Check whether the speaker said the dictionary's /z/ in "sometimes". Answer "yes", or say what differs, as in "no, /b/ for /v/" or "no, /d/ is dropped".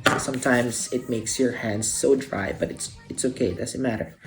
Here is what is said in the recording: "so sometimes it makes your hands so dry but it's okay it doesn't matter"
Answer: no, /s/ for /z/